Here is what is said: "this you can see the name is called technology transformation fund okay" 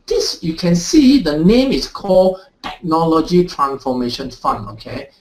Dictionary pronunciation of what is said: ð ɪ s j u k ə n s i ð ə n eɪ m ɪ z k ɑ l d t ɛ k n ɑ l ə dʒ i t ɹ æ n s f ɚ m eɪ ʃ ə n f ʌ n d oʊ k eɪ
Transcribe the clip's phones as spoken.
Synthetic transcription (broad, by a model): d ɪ s j u k ə n s i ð ə n eɪ m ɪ s k ɑ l t ɛ k n ɑ l ə dʒ i t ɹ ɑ n s f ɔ m eɪ ʃ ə n f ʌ n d oʊ k eɪ